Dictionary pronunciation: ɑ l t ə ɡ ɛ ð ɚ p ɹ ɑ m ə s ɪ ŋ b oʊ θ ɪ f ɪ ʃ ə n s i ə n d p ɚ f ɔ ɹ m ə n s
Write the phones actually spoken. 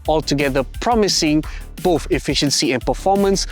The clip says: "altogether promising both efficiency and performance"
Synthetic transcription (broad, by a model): ɑ l t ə ɡ ɛ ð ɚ p ɹ ɑ m ə s ɪ ŋ b oʊ θ ɪ f ɪ ʃ ə n s i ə n p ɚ f ɔ m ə n s